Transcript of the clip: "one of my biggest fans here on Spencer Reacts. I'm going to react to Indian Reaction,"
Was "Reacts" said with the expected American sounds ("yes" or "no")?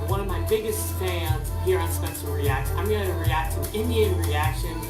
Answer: no